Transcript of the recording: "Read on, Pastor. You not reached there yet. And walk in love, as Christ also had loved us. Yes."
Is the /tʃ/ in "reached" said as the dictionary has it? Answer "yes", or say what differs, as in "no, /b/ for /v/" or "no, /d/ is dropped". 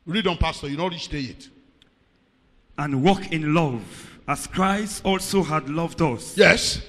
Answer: no, /s/ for /tʃ/